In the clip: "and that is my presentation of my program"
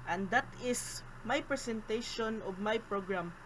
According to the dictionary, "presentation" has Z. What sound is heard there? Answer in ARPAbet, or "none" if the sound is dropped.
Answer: S